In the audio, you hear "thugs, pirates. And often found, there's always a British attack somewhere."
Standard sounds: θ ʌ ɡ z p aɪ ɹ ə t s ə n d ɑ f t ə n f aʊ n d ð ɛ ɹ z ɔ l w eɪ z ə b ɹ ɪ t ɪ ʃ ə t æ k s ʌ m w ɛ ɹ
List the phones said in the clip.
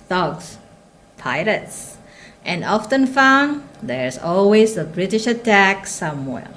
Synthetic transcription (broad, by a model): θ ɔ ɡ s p aɪ l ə t s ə n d ɑ f t ə n f aʊ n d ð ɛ ɹ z ɔ l w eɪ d ə b ɹ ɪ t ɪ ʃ ə t æ k s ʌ m w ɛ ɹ